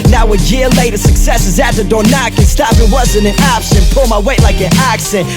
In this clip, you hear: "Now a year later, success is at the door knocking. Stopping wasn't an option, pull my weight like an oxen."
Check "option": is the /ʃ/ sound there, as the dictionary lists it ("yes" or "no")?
no